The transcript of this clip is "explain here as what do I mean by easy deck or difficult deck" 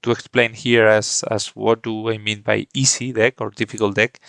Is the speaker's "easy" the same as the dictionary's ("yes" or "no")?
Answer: no